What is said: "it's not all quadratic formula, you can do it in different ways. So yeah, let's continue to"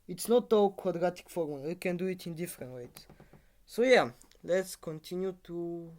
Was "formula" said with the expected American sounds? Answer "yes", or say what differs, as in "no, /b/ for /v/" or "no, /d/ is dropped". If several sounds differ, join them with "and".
no, /w/ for /l/